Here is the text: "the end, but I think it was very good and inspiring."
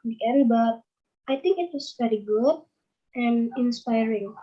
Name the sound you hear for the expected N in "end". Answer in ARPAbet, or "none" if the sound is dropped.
none